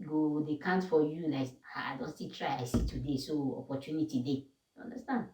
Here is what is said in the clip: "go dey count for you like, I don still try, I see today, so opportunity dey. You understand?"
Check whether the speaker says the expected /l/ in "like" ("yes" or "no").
no